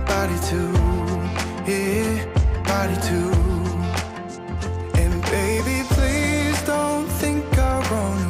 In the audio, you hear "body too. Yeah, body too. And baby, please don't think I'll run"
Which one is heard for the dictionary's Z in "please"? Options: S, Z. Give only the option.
Z